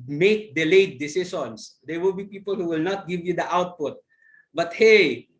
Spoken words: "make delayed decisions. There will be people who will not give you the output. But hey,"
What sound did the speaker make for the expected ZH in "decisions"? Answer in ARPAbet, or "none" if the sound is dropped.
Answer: S